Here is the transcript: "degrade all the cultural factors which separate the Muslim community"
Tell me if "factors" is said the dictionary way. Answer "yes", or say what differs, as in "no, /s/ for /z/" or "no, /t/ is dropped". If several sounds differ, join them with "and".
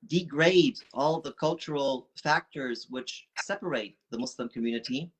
yes